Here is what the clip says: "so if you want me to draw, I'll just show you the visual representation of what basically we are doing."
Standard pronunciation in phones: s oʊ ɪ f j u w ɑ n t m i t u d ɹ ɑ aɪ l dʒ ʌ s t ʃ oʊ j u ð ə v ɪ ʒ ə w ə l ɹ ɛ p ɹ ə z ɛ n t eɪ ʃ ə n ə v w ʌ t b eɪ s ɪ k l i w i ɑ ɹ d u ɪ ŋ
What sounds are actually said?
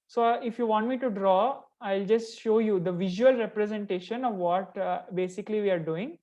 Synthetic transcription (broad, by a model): s oʊ ɪ f j u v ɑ n t m i t u d ɹ ɑ aɪ l dʒ ʌ s t ʃ oʊ j u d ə v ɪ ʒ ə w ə l ɹ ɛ p ɹ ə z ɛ n t eɪ ʃ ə n ə v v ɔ t b eɪ s ɪ k l i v i ɑ ɹ d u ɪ ŋ